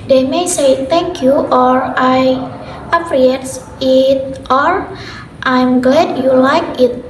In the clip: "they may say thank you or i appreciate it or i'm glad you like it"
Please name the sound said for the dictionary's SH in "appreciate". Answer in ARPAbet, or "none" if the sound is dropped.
none